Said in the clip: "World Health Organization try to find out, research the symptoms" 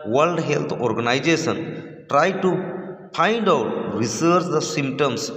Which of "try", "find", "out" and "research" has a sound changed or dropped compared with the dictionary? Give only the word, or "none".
find